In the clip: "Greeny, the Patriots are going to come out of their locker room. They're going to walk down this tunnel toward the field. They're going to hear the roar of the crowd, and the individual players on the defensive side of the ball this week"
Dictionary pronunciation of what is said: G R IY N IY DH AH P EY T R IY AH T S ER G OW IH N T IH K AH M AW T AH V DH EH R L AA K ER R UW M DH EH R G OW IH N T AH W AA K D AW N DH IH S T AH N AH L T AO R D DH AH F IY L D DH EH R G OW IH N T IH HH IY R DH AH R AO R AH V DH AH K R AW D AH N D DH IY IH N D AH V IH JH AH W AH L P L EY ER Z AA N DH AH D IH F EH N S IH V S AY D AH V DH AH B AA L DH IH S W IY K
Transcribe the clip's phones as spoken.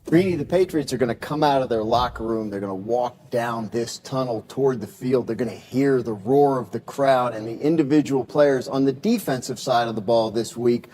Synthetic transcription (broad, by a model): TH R IY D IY DH AH P EY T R IY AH T S ER G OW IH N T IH K AH M AW T AH V DH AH R L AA K R UW M DH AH R G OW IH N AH W AA K D AW N DH IH S T AH N L T AO R D DH AH F IY L D DH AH R G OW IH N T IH HH IY R DH AH R AO R AH V DH AH K R AW D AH N DH IY IH N D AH V IH JH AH W L P L EY ER Z N DH AH D IH F EH N S IH V S AY D AH V DH AH B AA L DH IH S W IY K